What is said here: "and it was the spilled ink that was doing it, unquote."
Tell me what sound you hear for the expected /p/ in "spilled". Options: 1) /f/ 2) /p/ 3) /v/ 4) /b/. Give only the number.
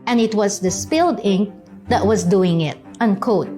2